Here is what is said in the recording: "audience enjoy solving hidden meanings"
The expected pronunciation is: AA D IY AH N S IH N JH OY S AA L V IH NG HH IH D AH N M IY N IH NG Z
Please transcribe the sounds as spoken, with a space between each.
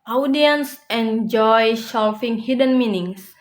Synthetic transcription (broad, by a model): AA D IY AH N S IH N JH OY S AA L F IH NG HH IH D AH N M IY N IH NG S